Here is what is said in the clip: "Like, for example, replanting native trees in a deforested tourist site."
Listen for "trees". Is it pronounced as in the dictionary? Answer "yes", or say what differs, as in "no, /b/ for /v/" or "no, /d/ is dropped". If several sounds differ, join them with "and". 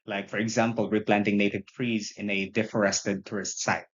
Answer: yes